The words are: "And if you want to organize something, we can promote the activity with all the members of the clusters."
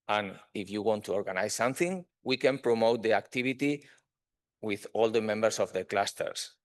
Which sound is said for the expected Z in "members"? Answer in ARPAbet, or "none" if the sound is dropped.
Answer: S